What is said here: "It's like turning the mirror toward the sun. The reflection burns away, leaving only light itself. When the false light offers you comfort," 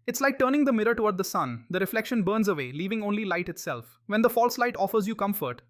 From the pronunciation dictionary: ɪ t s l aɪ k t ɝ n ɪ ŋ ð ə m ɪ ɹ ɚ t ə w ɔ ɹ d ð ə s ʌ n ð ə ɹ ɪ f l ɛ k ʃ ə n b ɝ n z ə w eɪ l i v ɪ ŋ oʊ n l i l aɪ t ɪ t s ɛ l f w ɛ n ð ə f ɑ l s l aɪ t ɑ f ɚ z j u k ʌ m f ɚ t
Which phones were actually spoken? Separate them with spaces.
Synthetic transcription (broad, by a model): ɪ t s l aɪ k t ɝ n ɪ ŋ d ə m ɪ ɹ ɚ t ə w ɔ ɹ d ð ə s ʌ n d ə ɹ ɪ f l ɛ k ʃ ə n b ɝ n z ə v eɪ l i v ɪ ŋ oʊ n l i l aɪ t ɪ t s ɛ l f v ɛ n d ə f ɑ l s l aɪ t ɑ f ɚ z j u k ʌ m f ɚ t